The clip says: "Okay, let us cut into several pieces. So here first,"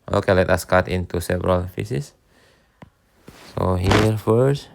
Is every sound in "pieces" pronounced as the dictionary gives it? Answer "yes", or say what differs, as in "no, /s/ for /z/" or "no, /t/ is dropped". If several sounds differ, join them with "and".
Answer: no, /f/ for /p/